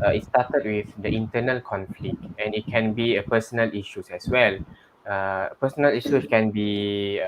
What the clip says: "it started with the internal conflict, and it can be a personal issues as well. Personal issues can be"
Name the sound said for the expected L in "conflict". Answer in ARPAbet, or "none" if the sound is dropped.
L